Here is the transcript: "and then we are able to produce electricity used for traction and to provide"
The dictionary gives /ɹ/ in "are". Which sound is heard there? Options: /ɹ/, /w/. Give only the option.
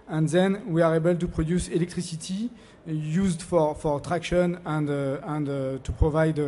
/ɹ/